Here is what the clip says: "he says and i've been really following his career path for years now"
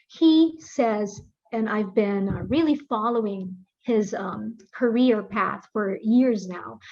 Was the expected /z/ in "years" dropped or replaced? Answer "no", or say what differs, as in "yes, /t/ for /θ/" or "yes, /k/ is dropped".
no